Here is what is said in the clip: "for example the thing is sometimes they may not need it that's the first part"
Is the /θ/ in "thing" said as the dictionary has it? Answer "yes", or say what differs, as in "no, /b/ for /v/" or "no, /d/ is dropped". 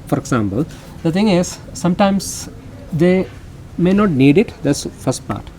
no, /t/ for /θ/